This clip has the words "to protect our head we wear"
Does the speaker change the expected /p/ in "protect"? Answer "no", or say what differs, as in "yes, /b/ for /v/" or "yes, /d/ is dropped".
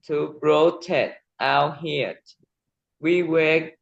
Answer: yes, /b/ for /p/